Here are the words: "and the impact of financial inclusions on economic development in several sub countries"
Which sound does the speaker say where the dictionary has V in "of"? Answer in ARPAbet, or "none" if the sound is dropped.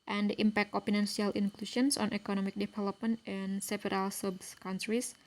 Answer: P